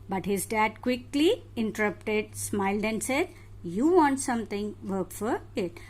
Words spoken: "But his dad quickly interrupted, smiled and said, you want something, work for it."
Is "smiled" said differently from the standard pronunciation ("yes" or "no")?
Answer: no